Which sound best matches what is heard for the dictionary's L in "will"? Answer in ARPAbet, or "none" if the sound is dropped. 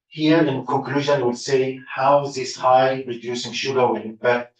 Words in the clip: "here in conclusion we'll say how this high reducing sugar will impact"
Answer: W